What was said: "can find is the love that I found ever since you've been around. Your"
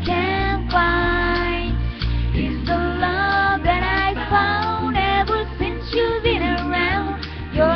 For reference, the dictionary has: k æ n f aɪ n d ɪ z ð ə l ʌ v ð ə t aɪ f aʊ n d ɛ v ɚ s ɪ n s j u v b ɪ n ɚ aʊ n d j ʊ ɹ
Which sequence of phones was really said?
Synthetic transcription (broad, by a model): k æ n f aɪ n ɪ z ð ə l ʌ v ð ə t aɪ f aʊ n d ɛ v ɚ s ɪ n s j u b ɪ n ɚ aʊ n d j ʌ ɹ